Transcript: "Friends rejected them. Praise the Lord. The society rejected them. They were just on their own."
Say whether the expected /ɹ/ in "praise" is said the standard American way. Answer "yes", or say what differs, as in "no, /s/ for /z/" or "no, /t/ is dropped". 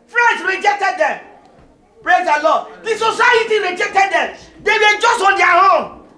yes